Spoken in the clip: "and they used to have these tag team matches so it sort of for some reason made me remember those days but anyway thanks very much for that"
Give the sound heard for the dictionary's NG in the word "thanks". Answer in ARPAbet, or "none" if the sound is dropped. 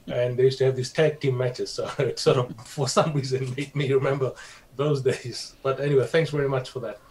NG